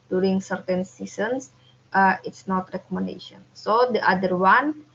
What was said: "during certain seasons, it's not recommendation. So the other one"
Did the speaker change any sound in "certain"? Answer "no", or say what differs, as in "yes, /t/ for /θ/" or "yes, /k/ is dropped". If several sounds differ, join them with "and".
no